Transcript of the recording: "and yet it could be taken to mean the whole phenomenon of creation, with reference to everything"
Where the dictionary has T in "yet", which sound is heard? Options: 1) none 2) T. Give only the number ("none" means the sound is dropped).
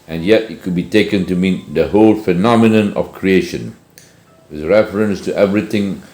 2